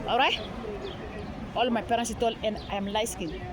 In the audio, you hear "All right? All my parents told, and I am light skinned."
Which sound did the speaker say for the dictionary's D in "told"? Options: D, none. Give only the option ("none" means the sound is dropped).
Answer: none